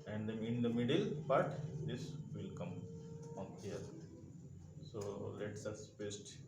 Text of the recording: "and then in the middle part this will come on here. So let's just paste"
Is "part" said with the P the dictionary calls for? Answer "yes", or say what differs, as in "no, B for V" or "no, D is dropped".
no, B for P